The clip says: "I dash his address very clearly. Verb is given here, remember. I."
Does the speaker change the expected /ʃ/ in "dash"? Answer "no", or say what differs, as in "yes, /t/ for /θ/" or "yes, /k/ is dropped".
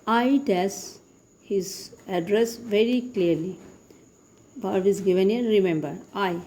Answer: yes, /s/ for /ʃ/